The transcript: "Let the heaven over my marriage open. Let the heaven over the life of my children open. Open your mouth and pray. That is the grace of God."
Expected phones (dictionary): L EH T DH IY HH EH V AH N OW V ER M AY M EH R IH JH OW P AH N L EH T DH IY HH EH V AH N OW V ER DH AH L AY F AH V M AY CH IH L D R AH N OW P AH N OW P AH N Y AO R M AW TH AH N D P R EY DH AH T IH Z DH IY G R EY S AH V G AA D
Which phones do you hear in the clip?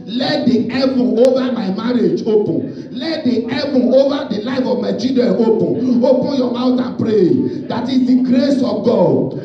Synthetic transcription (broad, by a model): L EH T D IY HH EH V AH OW V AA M AY M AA R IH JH OW P AH N L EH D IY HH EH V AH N OW V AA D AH L AY F AH V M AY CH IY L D AH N OW P AH N OW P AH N Y AO M AW T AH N P R EY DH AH T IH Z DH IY G R EY S AH V G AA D